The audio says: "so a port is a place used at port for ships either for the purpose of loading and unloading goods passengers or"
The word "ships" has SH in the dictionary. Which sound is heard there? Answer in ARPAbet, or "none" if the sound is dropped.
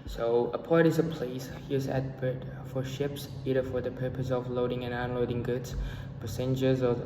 SH